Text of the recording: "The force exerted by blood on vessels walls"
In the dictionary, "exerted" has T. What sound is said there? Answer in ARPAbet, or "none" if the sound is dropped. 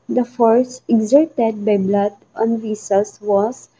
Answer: T